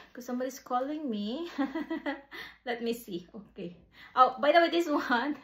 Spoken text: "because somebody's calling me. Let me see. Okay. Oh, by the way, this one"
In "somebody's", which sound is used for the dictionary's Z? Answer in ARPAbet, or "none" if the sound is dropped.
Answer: S